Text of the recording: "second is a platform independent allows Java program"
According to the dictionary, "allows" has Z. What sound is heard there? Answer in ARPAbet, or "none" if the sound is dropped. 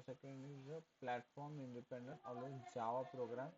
none